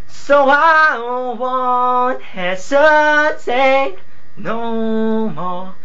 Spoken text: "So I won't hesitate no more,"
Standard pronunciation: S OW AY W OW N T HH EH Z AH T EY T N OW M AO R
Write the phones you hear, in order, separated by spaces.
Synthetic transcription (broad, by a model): S OW AY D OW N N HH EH S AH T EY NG N OW M AO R